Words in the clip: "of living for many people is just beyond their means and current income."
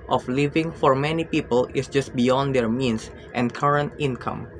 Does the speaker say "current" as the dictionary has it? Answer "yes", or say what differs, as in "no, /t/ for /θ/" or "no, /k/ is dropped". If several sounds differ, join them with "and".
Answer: yes